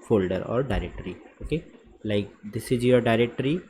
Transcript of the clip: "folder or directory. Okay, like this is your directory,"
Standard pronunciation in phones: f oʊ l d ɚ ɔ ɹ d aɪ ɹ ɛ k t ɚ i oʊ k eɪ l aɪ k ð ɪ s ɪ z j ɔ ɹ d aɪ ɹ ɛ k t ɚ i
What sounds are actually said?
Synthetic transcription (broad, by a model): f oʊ l d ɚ ɔ ɹ d aɪ ɹ ɛ k t ɚ i oʊ k eɪ l aɪ k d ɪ s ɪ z j ɔ ɹ d aɪ ɹ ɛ k t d i